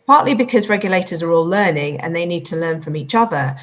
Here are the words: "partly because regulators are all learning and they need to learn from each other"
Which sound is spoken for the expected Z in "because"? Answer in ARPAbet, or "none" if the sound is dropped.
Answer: Z